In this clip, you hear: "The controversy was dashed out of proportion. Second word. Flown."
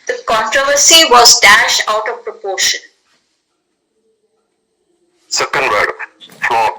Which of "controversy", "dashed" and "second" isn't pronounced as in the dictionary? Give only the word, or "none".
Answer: none